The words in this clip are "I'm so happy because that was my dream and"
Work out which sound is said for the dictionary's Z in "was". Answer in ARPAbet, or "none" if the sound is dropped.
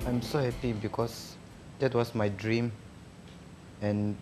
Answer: S